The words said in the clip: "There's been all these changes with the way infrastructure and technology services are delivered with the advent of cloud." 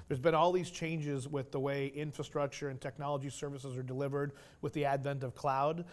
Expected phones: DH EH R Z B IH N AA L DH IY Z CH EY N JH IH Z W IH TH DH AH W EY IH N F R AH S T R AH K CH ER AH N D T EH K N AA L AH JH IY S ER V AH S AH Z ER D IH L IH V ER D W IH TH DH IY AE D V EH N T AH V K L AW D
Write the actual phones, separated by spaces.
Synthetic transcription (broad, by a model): DH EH R Z B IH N AA L DH IY Z CH EY N JH IH Z W IH DH AH W EY IH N F R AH S T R AH K CH ER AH N T EH K N AA L AH JH IY S ER V AH S AH Z ER D IH L IH V ER D W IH DH IY AE D V EH N T AH V K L AW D